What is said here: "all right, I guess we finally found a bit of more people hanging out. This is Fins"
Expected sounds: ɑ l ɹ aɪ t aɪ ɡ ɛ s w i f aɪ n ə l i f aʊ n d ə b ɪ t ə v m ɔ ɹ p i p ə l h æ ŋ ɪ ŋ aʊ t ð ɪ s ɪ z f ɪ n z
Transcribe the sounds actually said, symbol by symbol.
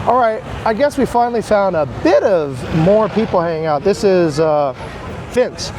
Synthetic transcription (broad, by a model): ɑ l ɹ aɪ t aɪ ɡ ɛ s w i f aɪ n l i f aʊ n d ə b ɪ t ə v m ɔ ɹ p i p l h æ ŋ ɪ ŋ aʊ t ð ɪ s ɪ z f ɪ n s